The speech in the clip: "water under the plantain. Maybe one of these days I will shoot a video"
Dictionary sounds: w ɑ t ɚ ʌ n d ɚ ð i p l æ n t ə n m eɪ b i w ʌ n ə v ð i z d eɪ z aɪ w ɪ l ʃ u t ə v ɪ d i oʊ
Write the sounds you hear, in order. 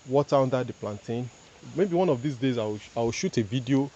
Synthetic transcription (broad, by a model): w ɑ t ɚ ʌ n d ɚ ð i p l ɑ n t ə n m eɪ b i w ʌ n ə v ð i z d eɪ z aɪ w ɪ w ʃ u t ə v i d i oʊ